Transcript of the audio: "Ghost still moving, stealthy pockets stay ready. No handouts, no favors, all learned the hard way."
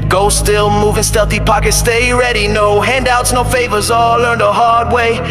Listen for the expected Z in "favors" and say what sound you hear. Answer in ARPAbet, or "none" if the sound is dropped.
Z